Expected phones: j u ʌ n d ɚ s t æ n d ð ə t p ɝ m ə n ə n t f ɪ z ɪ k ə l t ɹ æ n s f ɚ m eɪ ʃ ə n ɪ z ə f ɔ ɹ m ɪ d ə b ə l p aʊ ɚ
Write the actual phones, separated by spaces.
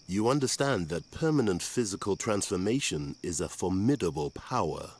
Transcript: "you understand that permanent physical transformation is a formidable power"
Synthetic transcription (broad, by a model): j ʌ ʌ n d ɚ s t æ n ð ə t p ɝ m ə n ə n t f ɪ z ɪ k ə l t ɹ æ n s f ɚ m eɪ ʃ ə n ɪ z ə f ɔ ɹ m ɪ d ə b ə l p aʊ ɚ